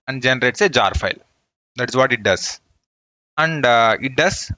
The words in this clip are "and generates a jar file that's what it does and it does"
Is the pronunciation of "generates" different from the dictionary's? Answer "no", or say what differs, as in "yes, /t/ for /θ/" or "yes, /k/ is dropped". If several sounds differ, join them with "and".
no